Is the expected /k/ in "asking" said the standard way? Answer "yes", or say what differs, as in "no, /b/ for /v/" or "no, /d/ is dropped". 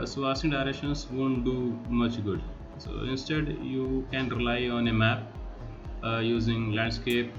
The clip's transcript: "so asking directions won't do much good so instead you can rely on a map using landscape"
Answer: no, /k/ is dropped